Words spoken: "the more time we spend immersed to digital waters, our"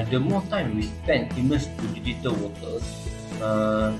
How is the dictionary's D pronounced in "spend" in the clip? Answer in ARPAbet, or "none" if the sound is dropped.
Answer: none